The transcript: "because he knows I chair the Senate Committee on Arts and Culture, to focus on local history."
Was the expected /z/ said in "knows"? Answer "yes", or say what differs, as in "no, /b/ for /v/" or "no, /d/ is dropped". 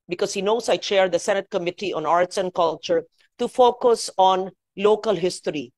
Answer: no, /s/ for /z/